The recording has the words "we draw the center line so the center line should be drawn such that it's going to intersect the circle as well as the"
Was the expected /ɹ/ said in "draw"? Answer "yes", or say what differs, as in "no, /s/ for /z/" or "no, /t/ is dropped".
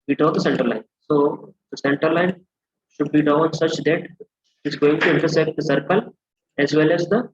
no, /ɹ/ is dropped